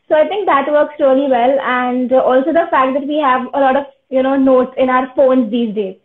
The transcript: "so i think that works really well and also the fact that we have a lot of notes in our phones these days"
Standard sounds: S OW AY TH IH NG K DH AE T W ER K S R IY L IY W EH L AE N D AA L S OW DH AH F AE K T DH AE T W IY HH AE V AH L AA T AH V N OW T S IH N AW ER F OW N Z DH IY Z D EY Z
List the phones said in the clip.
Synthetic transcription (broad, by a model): S OW AY T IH NG K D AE T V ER K S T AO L IY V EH L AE N D AA L S OW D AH F AE K T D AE T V IY HH AE V AH L AA T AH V N OW T S IH N AW ER F OW N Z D IY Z D EY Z